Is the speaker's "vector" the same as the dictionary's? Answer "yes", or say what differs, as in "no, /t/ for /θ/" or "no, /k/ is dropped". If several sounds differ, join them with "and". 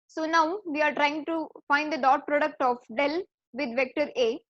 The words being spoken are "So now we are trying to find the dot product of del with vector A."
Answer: yes